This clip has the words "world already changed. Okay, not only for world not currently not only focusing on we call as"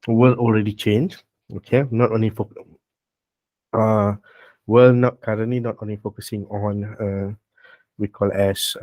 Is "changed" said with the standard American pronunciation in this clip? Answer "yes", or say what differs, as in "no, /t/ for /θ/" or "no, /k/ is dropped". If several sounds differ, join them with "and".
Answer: no, /d/ is dropped